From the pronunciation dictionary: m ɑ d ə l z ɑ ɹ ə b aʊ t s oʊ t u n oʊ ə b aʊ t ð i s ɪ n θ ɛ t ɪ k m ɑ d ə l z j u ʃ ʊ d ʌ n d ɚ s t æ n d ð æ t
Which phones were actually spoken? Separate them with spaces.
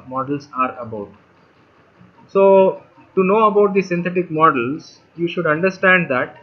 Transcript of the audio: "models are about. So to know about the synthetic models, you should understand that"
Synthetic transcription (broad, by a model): m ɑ d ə l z ɑ ɹ ə b aʊ t s oʊ t u n oʊ ə b aʊ t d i s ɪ n t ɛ t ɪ k m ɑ d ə l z j u ʃ ʊ d ʌ n d ɚ s t æ n d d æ t